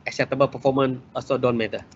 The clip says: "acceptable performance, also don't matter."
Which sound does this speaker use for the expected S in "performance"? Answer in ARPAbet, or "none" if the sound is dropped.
none